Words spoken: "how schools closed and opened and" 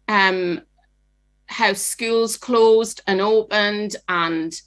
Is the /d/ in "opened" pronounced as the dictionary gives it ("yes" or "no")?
yes